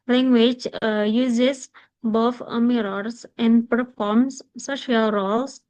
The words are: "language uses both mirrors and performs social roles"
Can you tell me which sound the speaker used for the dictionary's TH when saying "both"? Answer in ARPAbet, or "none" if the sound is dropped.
F